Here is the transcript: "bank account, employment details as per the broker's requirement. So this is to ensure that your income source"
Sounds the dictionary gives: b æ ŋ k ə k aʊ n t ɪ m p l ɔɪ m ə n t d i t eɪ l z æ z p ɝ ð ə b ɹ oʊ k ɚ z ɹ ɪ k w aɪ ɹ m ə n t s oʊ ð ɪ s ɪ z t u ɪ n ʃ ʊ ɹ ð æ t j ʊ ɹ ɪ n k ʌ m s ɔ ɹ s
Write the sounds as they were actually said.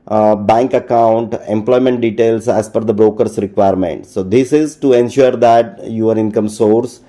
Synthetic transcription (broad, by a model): b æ ŋ k ə k aʊ n t ɪ m p l ɔɪ m ə n t d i t eɪ l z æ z f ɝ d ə b ɹ oʊ k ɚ s ɹ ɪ k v aɪ ɹ m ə n t s oʊ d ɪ s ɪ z t u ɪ n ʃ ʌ ɹ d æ t j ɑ ɹ ɪ n k ʌ m s ɔ ɹ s